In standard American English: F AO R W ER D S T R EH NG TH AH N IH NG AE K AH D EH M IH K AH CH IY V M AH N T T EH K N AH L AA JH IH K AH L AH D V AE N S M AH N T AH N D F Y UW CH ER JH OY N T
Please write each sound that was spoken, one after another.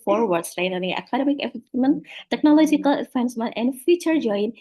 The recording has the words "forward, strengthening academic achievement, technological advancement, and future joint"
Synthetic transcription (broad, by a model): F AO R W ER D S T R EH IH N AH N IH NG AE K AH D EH M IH K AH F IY M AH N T T EH K N AH L AA JH IH K AH L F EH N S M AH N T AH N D F Y UW CH ER JH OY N